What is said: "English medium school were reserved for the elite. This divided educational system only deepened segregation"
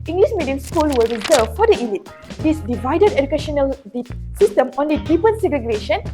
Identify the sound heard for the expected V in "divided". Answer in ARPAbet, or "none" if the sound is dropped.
V